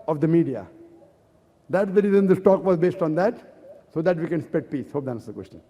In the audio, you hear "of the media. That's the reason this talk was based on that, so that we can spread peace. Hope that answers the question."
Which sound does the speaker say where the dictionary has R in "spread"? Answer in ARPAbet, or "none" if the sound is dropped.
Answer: none